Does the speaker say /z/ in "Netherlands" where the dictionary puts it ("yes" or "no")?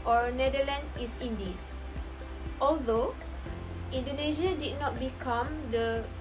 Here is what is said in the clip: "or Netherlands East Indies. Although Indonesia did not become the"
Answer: no